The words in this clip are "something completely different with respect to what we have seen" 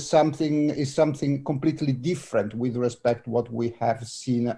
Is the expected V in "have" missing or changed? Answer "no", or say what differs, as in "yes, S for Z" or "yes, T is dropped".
no